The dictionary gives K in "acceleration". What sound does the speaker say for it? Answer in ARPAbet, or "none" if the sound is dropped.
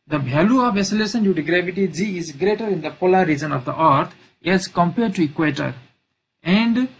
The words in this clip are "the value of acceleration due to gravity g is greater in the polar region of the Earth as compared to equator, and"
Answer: none